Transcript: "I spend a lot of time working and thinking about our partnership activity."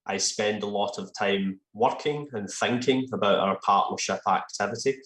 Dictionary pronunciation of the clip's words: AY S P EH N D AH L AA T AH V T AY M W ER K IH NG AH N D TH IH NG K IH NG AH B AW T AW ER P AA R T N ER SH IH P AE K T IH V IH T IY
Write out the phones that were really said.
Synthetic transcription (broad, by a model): AY S P EH N D AH L AA T AH V T AY M W ER K IH NG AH N TH IH NG K IH NG AH B AW T AW ER P AA R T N ER SH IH P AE K T IH V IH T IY